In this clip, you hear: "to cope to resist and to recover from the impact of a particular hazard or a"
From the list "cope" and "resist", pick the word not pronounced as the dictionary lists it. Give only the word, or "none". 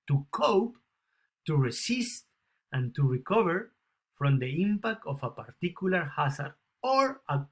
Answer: resist